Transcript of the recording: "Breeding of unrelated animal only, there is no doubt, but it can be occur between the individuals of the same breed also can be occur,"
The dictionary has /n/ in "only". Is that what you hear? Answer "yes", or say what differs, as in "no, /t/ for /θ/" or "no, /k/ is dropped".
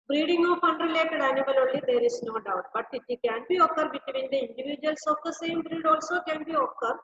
no, /n/ is dropped